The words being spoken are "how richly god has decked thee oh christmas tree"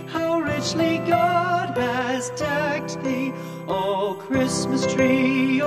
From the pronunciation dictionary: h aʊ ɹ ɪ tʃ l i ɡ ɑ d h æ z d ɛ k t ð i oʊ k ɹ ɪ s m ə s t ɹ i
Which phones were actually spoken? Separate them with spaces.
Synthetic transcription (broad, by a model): h aʊ ɹ ɪ tʃ l i ɡ ɑ d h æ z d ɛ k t ð i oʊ k ɹ ɪ s m ə s t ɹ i